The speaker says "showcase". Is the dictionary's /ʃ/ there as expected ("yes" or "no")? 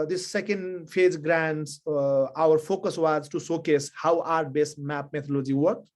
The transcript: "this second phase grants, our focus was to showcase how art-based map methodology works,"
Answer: no